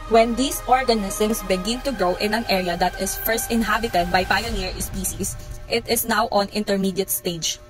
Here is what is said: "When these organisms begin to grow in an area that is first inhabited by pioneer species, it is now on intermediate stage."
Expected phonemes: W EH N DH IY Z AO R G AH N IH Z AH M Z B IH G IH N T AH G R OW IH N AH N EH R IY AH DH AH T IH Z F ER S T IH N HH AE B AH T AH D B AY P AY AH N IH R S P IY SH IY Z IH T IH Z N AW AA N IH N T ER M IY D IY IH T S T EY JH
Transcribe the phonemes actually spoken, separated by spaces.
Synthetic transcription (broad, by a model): W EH N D IY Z AO R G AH N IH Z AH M S B IH G IH N T AH G OW IH N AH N EH R IY AH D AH T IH S F ER S T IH N HH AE B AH T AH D B AY P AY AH N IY R S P IY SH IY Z IH T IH S N AW AA N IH N T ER M IY D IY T S T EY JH